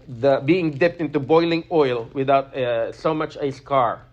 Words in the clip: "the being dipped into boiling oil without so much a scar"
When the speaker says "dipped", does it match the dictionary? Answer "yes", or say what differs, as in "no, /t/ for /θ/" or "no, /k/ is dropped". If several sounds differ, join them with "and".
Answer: yes